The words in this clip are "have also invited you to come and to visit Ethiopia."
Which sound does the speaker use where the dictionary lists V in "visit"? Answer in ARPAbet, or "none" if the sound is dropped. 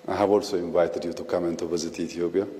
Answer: B